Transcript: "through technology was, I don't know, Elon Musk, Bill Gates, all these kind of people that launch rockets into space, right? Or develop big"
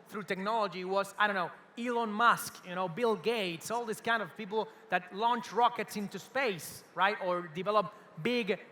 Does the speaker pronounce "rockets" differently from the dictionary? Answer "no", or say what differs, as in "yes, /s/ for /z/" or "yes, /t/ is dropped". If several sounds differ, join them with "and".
no